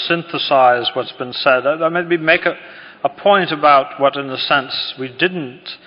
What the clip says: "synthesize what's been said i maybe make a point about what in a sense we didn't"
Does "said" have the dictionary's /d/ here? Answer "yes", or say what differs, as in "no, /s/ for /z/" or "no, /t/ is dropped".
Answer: yes